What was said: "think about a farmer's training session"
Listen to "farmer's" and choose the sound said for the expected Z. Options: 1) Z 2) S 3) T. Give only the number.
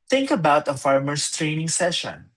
2